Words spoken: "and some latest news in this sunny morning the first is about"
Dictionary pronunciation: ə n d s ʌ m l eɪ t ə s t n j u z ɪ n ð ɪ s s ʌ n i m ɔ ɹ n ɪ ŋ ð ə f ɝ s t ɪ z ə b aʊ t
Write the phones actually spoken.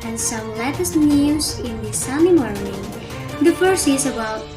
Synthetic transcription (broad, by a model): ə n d s ʌ m l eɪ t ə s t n j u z ɪ n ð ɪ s s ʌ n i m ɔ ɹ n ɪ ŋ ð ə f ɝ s ɪ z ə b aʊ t